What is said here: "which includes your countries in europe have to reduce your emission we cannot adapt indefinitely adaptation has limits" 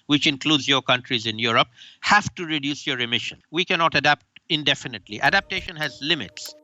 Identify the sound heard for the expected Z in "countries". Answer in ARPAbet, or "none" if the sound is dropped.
Z